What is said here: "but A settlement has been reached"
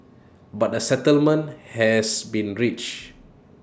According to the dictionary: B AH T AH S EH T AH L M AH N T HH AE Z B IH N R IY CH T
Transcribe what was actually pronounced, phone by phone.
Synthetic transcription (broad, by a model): B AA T AH S EH T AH L M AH N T HH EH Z B IH N R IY CH